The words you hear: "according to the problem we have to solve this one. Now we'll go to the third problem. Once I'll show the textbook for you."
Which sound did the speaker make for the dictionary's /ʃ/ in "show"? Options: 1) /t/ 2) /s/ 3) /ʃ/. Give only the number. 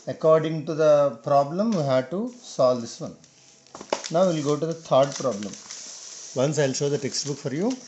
3